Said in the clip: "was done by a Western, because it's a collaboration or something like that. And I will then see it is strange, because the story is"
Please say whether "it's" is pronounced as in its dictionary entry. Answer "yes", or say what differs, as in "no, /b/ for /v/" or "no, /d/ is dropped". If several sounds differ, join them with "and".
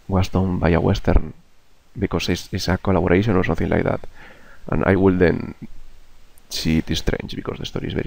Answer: no, /s/ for /t/